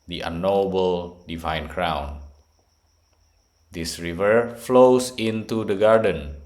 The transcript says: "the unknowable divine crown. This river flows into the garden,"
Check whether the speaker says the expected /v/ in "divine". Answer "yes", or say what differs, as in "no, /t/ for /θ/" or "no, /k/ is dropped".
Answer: yes